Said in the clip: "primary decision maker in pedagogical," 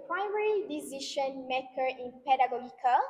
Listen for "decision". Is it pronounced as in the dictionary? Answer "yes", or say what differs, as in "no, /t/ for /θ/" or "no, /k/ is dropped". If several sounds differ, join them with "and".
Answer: no, /ʃ/ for /ʒ/